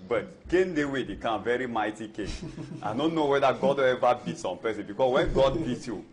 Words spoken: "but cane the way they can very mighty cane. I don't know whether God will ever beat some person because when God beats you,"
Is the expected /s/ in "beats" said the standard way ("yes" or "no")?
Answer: no